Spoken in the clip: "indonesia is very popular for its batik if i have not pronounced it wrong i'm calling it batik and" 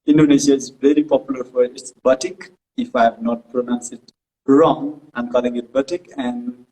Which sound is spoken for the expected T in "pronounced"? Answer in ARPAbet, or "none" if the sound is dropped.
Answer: none